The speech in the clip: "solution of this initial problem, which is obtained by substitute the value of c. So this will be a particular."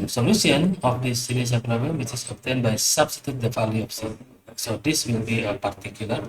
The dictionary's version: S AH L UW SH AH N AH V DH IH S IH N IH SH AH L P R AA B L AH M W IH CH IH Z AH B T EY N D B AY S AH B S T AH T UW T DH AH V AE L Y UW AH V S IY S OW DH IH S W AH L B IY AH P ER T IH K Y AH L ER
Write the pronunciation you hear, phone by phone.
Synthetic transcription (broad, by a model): S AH L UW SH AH N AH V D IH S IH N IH S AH N P R AA B L AH M W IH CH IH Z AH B T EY N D B AY S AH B S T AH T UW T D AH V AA L Y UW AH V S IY S OW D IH S W AH L B IY AH P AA T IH K Y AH L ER